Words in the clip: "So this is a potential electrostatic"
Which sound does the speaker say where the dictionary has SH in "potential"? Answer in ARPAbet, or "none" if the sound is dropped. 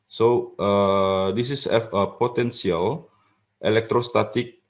S